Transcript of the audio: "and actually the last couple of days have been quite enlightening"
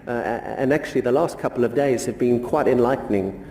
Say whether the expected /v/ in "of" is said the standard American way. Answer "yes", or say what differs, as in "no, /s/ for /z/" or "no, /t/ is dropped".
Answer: yes